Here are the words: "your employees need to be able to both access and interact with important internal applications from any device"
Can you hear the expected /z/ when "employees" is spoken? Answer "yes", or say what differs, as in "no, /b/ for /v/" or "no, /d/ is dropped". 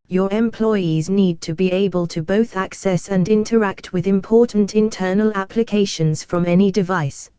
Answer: yes